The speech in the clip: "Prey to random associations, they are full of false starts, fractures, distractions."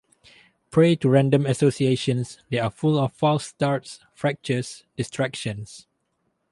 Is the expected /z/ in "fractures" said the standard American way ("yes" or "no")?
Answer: no